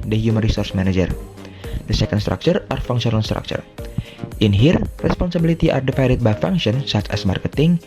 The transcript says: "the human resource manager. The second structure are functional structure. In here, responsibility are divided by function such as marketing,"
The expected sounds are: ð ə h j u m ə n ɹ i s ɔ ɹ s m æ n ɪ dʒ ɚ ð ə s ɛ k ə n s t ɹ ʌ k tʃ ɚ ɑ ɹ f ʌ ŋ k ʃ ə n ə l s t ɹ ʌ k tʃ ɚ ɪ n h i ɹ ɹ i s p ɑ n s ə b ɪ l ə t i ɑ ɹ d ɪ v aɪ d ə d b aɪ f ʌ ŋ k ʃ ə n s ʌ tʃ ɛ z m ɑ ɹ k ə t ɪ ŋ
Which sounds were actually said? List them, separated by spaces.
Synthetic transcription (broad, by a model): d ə h j u m ə n ɹ i s ɔ ɹ s m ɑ n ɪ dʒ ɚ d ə s ɛ k ə n s t ɹ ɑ k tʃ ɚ ɑ ɹ f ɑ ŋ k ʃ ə n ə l s t ɹ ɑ k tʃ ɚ ɪ n h i ɹ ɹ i s p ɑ n s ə b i l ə t i ɑ ɹ d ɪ f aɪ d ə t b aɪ f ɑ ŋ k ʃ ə n s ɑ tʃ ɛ s m ɑ ɹ k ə t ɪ ŋ